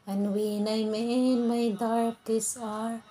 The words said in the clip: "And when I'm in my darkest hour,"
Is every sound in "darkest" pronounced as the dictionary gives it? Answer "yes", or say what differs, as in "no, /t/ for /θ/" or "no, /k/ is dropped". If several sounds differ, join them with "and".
no, /t/ is dropped